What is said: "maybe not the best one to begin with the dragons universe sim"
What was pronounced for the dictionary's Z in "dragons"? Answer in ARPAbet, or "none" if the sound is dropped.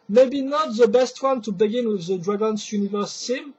S